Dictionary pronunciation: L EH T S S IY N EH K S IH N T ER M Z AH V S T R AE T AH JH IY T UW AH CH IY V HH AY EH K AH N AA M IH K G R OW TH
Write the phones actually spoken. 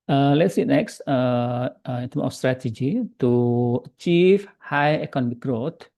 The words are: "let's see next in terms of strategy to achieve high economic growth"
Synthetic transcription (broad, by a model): L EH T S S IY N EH K S IH N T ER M AH F S T R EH T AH JH IY T UW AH CH IY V HH AY EH K AH N AA M IH K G R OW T